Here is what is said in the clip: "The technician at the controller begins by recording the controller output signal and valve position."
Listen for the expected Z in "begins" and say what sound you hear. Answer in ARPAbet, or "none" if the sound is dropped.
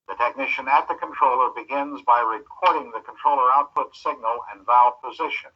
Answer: Z